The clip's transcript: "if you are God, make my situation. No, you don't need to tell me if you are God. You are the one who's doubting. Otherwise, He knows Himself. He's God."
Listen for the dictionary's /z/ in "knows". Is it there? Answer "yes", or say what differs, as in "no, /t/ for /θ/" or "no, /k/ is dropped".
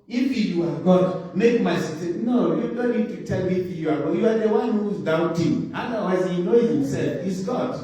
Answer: no, /z/ is dropped